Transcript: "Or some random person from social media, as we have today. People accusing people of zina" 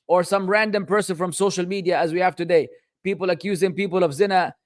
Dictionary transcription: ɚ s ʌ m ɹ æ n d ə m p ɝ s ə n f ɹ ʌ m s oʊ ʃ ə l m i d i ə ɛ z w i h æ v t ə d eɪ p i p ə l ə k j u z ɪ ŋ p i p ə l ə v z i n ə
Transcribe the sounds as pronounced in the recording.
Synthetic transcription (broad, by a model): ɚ s ʌ m ɹ æ n d ə m p ɝ s ə n f ɹ ʌ m s oʊ ʃ ə l m i d i ə z w i h æ v t ə d eɪ p i p ə l ə k j u z ɪ ŋ p i p ə l ə v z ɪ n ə